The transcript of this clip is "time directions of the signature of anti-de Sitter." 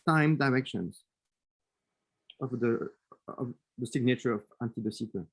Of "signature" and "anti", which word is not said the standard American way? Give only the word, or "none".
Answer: none